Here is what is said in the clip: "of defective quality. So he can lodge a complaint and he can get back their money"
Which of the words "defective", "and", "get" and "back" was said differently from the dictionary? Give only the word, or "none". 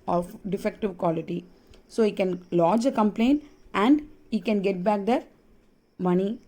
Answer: none